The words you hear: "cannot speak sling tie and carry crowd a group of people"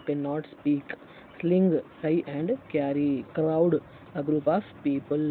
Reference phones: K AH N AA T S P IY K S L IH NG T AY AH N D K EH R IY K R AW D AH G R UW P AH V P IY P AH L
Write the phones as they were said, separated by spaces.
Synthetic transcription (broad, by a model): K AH N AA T S P IY K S L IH NG S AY AH N D K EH R IY K R AW D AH G R UW P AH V P IY P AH L